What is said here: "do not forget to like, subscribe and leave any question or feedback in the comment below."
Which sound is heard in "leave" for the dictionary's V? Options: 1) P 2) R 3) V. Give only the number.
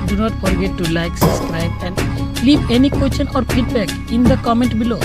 1